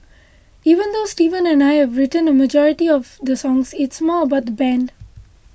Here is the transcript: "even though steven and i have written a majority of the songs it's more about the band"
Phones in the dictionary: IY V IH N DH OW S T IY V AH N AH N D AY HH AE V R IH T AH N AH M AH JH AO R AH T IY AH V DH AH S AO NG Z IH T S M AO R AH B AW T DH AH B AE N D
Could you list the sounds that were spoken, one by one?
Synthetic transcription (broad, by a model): IY V IH N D OW S T IY V AH N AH N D AY HH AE V R IH T AH N AH M AH JH AO R AH T IY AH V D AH S AO NG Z IH T S M AO R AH B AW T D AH B AE N D